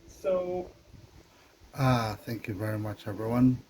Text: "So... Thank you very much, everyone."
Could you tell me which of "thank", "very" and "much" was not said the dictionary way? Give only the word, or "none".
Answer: none